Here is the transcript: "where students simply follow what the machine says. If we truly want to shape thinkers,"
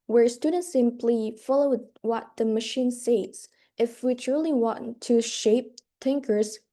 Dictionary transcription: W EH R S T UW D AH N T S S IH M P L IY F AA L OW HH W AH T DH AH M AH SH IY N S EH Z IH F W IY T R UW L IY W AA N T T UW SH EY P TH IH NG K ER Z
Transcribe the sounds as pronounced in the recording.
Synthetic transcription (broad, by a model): W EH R S T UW D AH N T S S IH M P L IY F AA L OW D W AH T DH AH M AH SH IY N S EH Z IH F W IY T R UW L IY W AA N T T UW SH EY P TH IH NG K ER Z